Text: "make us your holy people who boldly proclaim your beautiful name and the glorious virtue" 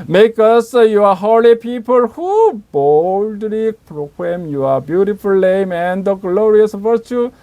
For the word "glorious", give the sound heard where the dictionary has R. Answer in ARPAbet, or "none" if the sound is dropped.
R